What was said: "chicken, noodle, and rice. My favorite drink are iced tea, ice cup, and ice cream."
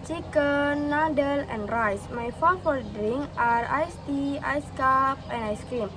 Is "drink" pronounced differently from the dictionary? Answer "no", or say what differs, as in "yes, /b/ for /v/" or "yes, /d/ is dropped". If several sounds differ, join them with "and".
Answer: yes, /k/ is dropped